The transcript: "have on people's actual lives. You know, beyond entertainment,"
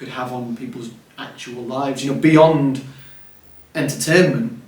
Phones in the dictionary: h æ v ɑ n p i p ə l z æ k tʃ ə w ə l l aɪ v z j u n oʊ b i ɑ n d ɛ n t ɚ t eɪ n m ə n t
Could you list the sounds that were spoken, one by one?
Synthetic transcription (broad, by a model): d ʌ v n p i p ə l z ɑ k tʃ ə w ə l l aɪ v z j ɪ n oʊ b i ɑ n d ɛ n t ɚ t eɪ n m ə n t